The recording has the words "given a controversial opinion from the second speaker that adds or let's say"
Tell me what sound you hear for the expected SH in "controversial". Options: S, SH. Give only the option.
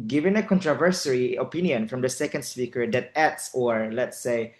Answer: S